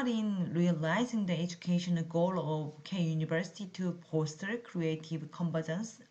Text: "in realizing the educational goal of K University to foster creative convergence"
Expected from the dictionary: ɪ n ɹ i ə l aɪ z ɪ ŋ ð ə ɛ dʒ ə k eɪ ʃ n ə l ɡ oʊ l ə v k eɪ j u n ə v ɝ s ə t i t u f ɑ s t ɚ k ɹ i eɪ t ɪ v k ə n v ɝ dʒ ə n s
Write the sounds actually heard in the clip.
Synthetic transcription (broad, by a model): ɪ n ɹ i ə l aɪ z ɪ ŋ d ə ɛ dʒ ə k eɪ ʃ ə n ɡ oʊ l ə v k eɪ j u n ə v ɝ s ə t i t u p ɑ s t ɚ k ɹ i eɪ t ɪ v k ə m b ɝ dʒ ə n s